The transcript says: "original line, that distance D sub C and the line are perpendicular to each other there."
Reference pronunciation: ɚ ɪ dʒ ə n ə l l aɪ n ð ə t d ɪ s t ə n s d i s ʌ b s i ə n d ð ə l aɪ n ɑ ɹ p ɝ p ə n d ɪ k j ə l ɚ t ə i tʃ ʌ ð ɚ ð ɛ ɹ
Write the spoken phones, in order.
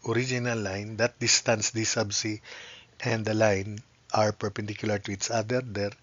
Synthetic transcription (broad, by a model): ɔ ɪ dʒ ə n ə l l aɪ n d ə t d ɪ s t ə n s d i s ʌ b s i ə n d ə l aɪ n ɑ ɹ p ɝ p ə n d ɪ k j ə l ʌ t ə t s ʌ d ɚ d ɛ ɹ